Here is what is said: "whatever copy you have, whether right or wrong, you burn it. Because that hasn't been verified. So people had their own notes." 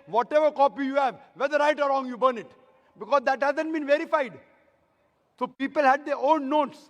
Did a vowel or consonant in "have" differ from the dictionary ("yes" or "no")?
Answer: no